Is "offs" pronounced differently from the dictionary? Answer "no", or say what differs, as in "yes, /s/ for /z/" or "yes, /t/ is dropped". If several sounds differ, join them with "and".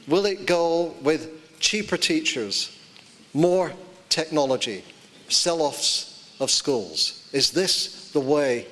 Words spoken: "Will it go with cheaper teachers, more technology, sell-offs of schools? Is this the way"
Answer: no